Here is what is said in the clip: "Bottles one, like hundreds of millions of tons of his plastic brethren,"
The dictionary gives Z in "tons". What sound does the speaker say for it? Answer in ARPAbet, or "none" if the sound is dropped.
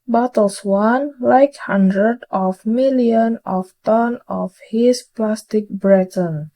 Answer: none